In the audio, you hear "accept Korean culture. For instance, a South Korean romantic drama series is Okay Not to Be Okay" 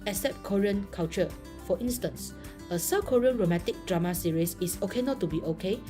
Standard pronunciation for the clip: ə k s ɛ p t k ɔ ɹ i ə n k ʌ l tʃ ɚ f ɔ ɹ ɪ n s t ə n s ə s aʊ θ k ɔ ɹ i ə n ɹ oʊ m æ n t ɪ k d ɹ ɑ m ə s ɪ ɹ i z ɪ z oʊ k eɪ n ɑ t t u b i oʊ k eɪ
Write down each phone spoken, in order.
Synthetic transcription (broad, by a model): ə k s ɛ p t k ɔ ɹ i ə n k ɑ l tʃ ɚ f ɔ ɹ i n s t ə n s ə s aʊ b k ɔ ɹ i ə n ɹ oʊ m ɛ t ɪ k d ɹ ɑ m ə s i ɹ i s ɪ s oʊ k eɪ n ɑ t t u b i oʊ k eɪ